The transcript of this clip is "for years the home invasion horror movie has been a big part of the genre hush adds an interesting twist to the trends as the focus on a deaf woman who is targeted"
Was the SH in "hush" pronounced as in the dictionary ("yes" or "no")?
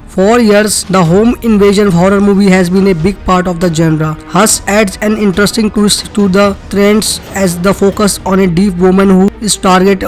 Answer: no